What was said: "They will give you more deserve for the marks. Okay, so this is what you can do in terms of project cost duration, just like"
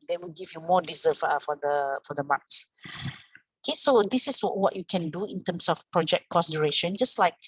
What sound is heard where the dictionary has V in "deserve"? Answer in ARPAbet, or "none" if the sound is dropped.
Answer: F